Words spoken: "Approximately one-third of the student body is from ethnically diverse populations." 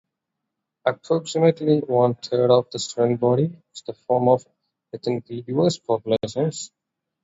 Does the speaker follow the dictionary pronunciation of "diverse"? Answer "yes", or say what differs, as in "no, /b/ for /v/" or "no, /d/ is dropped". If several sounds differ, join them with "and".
no, /v/ is dropped